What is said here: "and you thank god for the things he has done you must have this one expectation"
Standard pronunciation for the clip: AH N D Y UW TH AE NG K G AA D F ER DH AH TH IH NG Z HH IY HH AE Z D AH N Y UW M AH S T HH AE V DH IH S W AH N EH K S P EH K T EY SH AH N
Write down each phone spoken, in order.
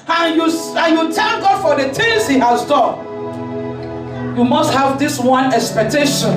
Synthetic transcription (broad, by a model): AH N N Y UW T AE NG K G AA D F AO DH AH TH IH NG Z HH IY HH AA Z D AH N Y UW M AH S T HH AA V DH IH S W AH N EH K S P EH K T EY SH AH N